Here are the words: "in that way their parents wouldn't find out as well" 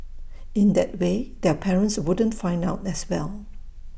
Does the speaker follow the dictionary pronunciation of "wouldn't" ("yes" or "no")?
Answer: yes